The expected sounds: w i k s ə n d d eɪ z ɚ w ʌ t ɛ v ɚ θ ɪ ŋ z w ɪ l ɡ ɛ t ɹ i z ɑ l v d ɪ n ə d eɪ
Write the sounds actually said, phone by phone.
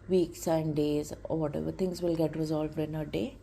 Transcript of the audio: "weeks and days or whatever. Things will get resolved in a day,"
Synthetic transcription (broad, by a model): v i k s ə n d d eɪ z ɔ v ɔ t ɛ v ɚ t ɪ ŋ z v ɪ l ɡ ɛ t ɹ i z ɑ l v d ɪ n ə d eɪ